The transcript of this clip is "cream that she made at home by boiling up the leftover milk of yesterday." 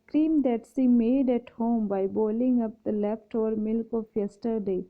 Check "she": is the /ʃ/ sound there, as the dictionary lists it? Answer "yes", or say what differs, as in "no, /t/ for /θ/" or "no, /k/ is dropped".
no, /s/ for /ʃ/